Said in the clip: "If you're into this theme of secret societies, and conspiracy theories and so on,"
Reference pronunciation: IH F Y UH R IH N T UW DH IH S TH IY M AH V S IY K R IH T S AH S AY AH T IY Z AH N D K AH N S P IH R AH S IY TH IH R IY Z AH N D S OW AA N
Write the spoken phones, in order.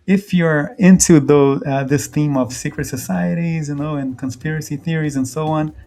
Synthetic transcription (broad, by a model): IH F Y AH R IH N T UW DH IH S TH IY M AH V S IY K R IH T S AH S AY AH T IY Z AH N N K AH N S P IH R AH S IY TH IH R IY Z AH N S OW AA N